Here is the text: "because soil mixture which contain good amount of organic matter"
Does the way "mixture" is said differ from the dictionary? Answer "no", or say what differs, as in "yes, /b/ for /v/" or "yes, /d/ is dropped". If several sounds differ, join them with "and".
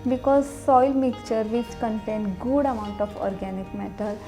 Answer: yes, /s/ is dropped